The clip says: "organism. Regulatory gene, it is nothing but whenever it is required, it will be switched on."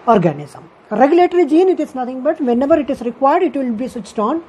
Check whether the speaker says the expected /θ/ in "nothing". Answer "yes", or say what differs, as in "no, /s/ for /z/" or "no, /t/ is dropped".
no, /t/ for /θ/